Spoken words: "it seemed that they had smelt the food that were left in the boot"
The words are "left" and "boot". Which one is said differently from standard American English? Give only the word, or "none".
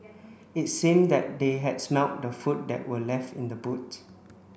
none